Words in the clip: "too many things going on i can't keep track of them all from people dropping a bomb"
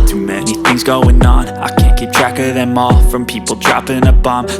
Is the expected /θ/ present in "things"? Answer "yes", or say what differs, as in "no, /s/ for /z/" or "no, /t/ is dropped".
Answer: yes